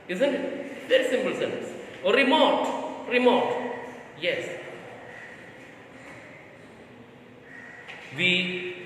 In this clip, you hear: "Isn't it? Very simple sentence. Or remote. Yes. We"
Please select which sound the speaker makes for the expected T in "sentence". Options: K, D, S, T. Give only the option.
S